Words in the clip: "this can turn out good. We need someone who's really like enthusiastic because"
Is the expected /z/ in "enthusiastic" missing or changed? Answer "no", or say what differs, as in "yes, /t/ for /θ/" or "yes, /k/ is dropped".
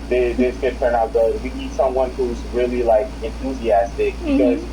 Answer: no